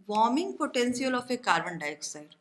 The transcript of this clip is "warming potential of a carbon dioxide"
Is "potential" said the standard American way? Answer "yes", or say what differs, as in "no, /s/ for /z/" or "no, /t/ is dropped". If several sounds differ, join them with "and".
no, /s/ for /ʃ/